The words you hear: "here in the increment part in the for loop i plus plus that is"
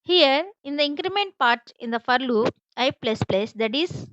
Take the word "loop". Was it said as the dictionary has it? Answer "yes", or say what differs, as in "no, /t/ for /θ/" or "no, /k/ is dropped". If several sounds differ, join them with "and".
no, /p/ is dropped